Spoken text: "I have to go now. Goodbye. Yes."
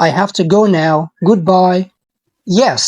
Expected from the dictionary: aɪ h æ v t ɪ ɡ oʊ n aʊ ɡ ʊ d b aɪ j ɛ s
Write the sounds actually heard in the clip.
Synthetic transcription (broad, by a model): aɪ h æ f t ɪ ɡ oʊ n aʊ ɡ ʊ d b aɪ j ɛ s